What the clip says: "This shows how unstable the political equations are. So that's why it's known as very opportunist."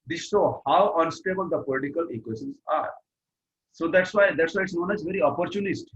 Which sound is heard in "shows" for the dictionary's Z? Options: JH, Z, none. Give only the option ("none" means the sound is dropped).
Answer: none